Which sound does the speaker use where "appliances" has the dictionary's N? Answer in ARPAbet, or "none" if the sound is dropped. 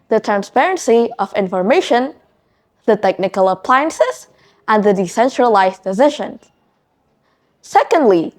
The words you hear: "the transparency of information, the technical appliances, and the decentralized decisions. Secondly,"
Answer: N